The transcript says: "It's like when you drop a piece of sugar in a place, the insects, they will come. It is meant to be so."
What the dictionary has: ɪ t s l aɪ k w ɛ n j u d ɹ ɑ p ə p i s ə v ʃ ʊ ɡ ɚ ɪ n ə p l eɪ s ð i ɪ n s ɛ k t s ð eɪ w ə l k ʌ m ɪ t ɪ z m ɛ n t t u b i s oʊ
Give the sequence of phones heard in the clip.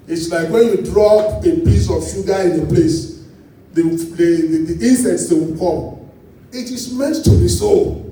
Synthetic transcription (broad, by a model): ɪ t s l aɪ k w ɛ n j u d ɹ ɑ p ə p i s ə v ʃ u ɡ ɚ ɪ n ə p l eɪ s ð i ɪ n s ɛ t s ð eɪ w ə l k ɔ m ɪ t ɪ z m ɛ n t t u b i s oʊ